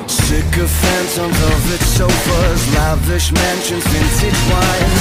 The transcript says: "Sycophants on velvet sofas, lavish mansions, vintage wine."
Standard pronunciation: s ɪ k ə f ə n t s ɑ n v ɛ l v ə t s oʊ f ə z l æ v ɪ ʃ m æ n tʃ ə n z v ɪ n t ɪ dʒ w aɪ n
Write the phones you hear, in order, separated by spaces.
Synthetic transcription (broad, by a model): s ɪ k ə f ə n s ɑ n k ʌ v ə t s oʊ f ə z l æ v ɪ ʃ m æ n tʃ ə n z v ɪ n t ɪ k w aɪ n